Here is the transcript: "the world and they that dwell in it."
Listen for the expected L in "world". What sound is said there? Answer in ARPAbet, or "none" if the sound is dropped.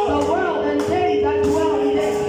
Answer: L